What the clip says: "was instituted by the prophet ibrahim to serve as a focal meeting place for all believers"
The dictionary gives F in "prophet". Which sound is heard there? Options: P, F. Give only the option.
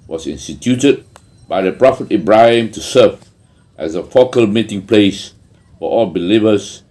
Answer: F